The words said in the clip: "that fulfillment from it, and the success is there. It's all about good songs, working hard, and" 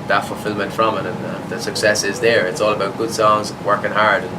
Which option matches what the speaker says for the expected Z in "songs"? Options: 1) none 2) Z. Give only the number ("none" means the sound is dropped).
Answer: 2